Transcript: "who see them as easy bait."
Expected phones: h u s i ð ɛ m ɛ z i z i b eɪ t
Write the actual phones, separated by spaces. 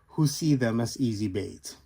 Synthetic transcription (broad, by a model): h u s i ð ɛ m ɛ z i z i b eɪ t